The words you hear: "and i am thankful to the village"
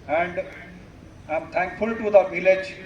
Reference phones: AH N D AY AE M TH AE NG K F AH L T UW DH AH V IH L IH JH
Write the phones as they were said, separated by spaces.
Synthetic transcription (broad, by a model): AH N D AY M T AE NG K F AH L T UW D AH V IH L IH JH